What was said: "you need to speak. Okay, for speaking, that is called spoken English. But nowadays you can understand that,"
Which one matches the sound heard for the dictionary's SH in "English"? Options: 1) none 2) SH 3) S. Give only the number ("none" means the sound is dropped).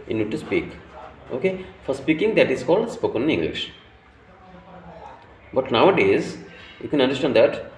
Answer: 2